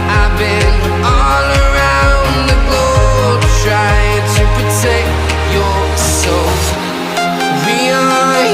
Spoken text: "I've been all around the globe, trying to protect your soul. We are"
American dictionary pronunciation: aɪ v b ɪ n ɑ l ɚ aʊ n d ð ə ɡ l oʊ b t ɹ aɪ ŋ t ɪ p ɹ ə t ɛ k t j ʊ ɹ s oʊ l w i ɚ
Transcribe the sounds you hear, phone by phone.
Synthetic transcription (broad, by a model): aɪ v b ɪ n ɑ l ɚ aʊ n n ð ə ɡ oʊ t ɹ aɪ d t ɪ p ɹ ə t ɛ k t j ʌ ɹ s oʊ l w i